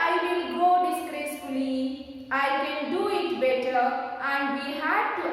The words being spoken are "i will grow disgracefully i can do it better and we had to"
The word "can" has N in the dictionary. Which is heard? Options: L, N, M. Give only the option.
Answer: L